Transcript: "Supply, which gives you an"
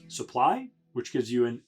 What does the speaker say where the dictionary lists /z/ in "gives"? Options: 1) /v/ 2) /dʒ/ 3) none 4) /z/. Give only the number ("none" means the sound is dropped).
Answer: 4